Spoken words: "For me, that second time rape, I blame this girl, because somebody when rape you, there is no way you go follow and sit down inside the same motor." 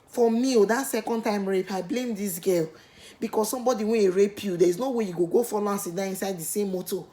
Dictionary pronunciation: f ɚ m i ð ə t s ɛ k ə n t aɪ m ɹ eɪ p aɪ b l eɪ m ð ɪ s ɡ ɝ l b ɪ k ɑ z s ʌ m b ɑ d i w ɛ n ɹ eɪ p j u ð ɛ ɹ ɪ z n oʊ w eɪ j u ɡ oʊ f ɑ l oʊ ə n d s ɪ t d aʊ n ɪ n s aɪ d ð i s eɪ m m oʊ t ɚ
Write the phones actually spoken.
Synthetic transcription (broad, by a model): f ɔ m i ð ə t s ɛ k ə n t aɪ m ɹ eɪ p aɪ b l eɪ m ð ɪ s ɡ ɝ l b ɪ k ɑ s s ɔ m b ɑ d i w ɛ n ɹ eɪ p j u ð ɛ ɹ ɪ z n oʊ w eɪ j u ɡ oʊ f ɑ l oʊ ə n s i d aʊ ɪ n s aɪ d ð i s eɪ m m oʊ t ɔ